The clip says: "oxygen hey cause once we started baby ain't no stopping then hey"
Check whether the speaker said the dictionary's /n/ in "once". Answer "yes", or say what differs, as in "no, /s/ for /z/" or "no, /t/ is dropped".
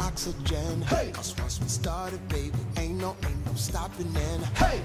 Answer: no, /n/ is dropped